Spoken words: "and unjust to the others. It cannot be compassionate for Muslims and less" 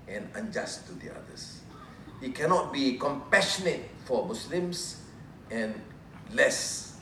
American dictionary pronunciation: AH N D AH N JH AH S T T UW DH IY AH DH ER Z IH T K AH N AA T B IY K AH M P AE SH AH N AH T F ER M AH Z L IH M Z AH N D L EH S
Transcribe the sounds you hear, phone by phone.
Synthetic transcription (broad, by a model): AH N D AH N JH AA S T T UW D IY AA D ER S IH T K AH N AA T B IY K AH M P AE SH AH N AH T F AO M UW S L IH M S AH N L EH S